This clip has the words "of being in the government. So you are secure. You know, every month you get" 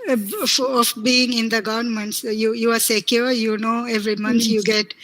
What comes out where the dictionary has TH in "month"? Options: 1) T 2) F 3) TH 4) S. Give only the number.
1